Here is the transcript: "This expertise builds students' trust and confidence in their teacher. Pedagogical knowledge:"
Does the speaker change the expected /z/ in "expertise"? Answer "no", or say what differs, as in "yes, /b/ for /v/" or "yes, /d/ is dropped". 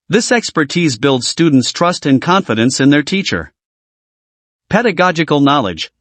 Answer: no